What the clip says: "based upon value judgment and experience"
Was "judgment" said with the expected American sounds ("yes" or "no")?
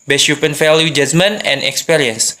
no